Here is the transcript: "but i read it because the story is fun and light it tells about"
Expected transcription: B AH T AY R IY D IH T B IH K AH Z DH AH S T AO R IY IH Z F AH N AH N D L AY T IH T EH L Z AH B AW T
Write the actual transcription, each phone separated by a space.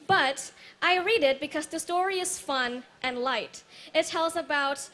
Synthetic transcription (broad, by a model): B AH T AY R IY D IH T B IH K AH Z DH AH S T AO R IY IH Z F AH N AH N L AY T IH T EH L Z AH B AW T